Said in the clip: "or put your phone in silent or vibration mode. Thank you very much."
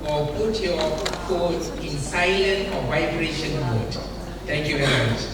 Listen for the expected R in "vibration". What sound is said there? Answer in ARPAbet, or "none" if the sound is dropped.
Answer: R